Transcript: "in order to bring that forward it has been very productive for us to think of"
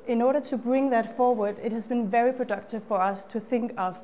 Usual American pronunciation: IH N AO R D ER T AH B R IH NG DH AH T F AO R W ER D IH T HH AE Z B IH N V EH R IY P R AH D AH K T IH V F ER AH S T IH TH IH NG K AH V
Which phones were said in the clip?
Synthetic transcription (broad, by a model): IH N AO R D ER T AH B R IH NG DH AH T F AO R W ER D IH T HH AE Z B IH N V EH R IY P R AH D AH K T IH V F ER AH S T IH TH IH NG K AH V